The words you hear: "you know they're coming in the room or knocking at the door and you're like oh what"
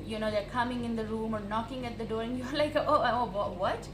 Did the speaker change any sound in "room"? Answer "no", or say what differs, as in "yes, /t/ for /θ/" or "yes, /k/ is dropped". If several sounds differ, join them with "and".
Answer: no